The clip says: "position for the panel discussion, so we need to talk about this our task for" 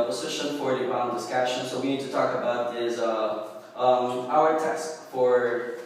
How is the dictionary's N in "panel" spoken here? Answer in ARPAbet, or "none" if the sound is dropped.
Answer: none